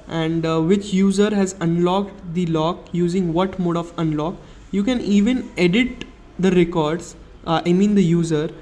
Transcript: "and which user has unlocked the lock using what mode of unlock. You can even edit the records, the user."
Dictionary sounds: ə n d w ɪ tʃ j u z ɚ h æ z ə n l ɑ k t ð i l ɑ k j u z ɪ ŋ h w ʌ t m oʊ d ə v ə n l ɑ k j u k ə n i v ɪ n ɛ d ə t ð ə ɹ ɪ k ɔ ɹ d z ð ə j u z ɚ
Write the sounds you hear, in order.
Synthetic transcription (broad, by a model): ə n d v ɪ tʃ j u z ɚ h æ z ə n l ɑ k t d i l ɑ k j u z ɪ ŋ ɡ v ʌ t m oʊ d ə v ə n l ɑ k j u k ə n i v ɪ n ɛ d ə t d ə ɹ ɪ k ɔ ɹ d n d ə j u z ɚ